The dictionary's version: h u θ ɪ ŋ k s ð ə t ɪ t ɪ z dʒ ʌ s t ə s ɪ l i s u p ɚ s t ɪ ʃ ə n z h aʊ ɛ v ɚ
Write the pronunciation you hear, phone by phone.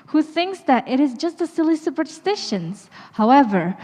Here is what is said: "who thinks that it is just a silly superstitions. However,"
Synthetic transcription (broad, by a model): h u θ ɪ ŋ k s ð ə t ɪ t ɪ z dʒ ʌ s t ə s ɪ l i s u p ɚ s t ɪ ʃ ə n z h aʊ ɛ v ɚ